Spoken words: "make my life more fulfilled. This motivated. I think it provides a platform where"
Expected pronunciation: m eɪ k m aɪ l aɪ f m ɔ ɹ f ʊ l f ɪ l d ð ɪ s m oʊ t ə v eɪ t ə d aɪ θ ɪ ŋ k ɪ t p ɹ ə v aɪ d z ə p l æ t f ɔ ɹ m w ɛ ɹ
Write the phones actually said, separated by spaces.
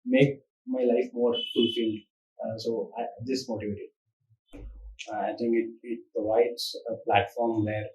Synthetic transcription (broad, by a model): m eɪ k m aɪ l aɪ f m ɔ ɹ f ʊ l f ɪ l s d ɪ s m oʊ t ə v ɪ t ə aɪ t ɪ ŋ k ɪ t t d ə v aɪ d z ə p l æ t f ɔ ɹ m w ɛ ɹ